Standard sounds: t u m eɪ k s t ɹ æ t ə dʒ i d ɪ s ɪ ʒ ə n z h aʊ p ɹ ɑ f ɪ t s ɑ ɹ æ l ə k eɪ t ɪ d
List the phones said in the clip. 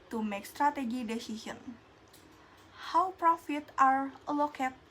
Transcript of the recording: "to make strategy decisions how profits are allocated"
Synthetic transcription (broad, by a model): t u m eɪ k s t ɹ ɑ t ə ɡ i d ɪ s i s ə n h aʊ p ɹ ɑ f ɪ t ɑ ɹ l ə k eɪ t